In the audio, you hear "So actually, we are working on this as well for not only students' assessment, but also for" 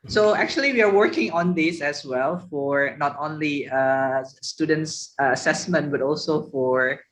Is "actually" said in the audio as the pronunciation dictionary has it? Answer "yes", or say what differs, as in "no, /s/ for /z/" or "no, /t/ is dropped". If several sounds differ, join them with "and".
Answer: yes